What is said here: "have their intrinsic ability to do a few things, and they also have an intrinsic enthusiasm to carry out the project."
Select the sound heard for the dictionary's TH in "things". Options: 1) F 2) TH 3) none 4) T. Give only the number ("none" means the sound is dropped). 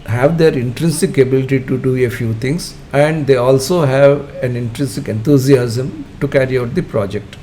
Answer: 4